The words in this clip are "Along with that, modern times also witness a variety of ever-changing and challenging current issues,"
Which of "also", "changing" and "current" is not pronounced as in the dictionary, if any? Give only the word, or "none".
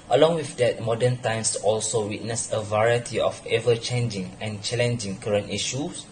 none